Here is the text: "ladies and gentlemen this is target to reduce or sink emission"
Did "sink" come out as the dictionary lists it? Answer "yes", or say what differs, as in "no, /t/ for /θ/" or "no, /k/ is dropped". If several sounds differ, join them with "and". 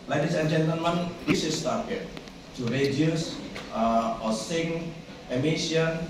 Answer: no, /k/ is dropped